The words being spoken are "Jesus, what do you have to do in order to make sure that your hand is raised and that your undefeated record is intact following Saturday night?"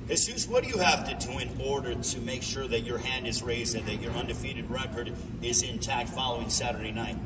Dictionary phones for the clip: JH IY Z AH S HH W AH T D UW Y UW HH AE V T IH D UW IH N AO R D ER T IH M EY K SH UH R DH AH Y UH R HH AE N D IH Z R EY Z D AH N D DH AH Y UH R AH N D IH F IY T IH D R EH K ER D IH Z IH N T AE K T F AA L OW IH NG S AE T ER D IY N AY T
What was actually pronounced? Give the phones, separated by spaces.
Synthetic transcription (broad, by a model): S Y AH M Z W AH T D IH Y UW HH AE F T IH D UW IH N AO R D ER T IH M EY K SH UH R DH AH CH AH R HH AE N D IH Z R EY Z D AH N DH AH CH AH R AH N D IH F IY T IH D R EH K ER D IH Z IH N T AE K T F AA L OW IH NG S AE T ER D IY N AY T